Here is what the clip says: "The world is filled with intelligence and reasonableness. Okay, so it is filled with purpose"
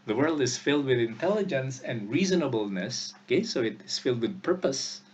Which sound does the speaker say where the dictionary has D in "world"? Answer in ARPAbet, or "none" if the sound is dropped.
D